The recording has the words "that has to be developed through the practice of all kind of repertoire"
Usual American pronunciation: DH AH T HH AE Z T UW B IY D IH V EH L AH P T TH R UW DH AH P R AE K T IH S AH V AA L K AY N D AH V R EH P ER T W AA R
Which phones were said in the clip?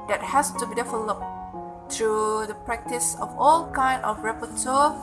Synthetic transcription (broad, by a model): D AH T HH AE S T UW B IY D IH F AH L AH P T R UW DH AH P R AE K T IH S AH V AA L K AY N D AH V R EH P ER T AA